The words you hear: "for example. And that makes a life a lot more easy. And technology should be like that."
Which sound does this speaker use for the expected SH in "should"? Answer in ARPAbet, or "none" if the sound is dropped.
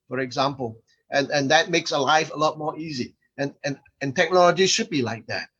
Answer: SH